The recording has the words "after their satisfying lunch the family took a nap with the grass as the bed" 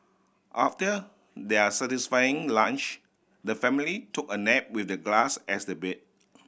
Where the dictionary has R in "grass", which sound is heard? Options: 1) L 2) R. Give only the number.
1